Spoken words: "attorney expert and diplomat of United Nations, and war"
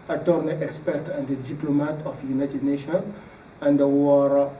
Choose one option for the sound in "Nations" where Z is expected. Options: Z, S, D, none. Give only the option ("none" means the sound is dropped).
none